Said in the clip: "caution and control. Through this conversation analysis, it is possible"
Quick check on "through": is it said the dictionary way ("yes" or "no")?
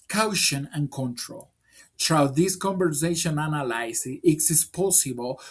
no